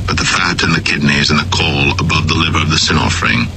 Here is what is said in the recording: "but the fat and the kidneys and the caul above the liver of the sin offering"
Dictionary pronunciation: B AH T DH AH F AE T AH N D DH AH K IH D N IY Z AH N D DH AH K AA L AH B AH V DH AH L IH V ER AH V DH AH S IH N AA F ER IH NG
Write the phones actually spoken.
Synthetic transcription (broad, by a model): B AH T DH AH F AE T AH N DH AH K IH D N IY Z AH N DH AH K AA L AH B AH V DH AH L IH V ER AH V DH AH S IH N AA F ER IH NG